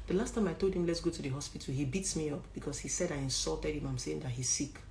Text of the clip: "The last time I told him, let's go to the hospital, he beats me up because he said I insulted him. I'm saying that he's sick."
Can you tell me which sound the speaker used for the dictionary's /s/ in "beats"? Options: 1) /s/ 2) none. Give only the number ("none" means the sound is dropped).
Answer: 1